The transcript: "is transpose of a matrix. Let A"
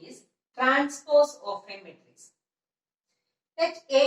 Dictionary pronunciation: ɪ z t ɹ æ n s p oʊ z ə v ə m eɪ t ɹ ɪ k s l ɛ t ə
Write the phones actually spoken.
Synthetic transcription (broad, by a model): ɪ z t ɹ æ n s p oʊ s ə f ə m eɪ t ɹ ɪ s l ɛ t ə